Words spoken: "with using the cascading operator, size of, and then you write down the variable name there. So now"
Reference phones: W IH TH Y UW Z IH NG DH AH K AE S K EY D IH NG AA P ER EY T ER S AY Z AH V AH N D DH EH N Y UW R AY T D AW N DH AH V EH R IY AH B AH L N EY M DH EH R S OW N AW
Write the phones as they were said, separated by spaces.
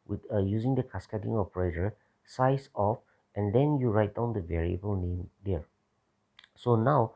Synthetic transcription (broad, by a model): W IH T Y UW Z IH NG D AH K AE S K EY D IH NG AA P ER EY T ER S AY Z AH F AH N D EH N Y UW R AY T D AW N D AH V EH R IY AH B AH L N EY M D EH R S OW N AW